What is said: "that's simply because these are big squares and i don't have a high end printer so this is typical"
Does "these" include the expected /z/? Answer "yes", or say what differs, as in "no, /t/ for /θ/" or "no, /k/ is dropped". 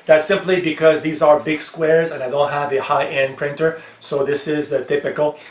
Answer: yes